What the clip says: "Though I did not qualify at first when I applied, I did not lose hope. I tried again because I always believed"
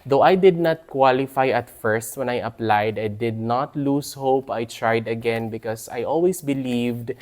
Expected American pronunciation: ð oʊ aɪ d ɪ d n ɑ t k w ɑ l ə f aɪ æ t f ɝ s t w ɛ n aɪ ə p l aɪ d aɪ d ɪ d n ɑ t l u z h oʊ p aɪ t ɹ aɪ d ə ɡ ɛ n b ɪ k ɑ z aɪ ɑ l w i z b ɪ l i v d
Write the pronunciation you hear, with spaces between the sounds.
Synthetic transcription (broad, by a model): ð oʊ aɪ d ɪ d n ɑ t k w ɑ l ə f aɪ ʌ t f ɝ s t w ɛ n aɪ ə p l aɪ d aɪ d ɪ d n ɑ t l u s h oʊ p aɪ t ɹ aɪ d ə ɡ ɛ n b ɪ k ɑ s aɪ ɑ l w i s b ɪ l i v d